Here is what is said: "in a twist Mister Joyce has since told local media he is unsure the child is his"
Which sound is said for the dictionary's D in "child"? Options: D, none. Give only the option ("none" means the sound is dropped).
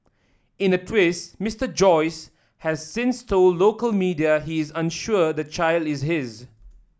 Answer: D